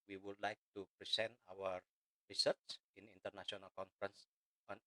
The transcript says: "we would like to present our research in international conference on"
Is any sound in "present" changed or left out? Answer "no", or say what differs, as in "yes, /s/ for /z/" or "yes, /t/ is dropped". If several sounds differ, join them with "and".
yes, /s/ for /z/